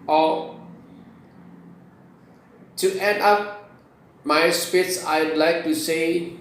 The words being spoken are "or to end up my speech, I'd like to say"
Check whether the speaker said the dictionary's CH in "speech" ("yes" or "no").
no